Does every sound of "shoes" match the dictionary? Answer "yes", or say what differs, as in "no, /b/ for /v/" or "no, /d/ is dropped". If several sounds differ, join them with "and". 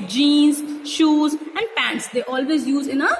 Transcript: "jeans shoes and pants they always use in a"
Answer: yes